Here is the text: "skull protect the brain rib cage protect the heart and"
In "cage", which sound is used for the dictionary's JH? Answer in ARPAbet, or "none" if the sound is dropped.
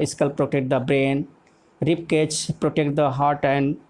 CH